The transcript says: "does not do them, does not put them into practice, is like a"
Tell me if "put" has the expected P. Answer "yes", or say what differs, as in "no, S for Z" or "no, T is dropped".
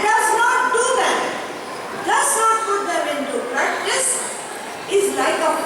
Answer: no, F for P